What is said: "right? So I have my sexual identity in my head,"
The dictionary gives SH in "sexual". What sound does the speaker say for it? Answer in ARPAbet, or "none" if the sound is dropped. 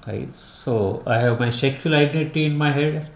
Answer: none